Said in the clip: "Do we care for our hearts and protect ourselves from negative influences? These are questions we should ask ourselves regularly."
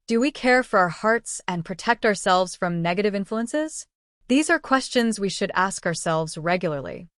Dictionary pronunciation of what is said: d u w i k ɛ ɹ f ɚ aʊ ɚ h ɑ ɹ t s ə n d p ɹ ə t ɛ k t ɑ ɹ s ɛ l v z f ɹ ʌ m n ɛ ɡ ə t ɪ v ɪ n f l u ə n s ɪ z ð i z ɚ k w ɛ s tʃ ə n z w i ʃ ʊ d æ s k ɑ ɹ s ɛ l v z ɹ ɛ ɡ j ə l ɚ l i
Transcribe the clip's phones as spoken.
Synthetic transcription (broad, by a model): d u w i k ɛ ɹ f ɚ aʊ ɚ h ɑ ɹ t s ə n p ɹ ə t ɛ k t ɑ ɹ s ɛ l v z f ɹ ʌ m n ɛ ɡ ə t ɪ v ɪ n f l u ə n s ɪ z ð i z ɚ k w ɛ s tʃ ə n z w i ʃ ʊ d æ s k ɑ ɹ s ɛ l v z ɹ ɛ ɡ j l ɚ l i